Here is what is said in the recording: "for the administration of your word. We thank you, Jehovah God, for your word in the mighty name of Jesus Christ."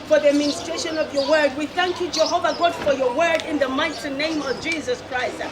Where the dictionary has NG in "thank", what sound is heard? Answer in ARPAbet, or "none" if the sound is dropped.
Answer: NG